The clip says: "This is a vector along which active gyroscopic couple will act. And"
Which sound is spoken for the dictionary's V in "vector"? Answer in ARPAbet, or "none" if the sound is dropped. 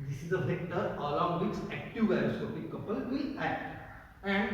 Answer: F